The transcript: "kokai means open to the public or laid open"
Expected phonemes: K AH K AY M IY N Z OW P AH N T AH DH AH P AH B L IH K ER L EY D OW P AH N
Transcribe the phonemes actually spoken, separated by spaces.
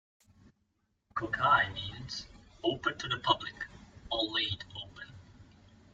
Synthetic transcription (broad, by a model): K AH K AY M IY N Z OW P AH N T AH DH AH P AH B L IH K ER L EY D OW P AH N